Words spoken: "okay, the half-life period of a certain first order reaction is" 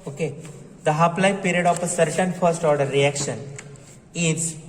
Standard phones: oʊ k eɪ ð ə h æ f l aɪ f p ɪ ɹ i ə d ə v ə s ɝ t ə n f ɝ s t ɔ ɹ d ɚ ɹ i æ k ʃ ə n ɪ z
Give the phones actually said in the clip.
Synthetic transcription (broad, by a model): oʊ k eɪ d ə h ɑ p l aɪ p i ɹ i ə d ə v ə s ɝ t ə n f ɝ s t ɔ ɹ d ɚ ɹ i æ k ʃ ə n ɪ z